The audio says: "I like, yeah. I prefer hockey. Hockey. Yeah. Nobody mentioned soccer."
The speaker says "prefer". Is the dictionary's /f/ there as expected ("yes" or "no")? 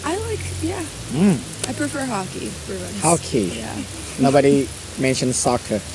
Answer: yes